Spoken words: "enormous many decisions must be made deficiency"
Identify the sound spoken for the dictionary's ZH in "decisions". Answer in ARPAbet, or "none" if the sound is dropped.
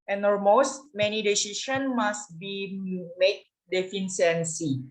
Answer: SH